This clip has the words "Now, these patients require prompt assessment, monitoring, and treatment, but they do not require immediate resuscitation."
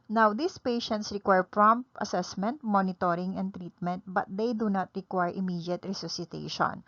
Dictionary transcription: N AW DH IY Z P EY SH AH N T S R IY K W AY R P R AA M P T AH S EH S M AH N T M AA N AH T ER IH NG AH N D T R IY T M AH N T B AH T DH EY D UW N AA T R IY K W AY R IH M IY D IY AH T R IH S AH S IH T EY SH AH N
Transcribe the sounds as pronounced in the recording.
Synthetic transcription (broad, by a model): N AW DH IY S P EY SH AH N T S R IY K W AY R P R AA M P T AH S EH S M AH N T M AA N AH T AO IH NG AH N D T R IY T M AH N T B AH T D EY D UW N AA T R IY K W AY R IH M IY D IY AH T R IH S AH S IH T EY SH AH N